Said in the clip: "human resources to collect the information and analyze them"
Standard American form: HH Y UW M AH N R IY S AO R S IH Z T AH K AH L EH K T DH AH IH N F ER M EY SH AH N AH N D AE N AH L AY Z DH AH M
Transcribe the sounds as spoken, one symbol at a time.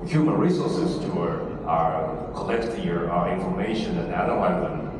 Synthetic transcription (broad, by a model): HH Y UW M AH N R IY S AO R S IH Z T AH K AH L EH K T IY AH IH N F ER M EY SH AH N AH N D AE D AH AY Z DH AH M